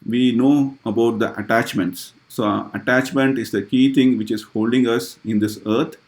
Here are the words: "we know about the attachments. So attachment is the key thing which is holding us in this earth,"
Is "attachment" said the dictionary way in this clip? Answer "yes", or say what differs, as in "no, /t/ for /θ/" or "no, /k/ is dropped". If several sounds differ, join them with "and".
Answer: yes